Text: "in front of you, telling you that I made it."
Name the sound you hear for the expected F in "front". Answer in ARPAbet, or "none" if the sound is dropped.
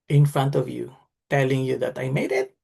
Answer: F